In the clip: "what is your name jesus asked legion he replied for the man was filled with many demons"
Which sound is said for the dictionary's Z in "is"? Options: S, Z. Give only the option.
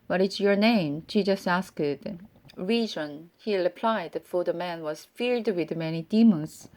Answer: S